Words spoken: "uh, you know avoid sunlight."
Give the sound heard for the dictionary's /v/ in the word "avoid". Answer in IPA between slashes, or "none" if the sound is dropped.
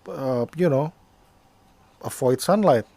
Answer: /f/